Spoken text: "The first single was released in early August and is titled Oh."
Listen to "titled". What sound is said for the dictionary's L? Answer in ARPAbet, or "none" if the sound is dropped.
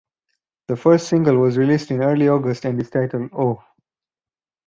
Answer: L